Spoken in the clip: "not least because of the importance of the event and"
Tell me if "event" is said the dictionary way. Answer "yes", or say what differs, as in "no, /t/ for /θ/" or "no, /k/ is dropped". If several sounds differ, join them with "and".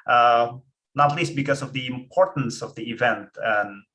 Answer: yes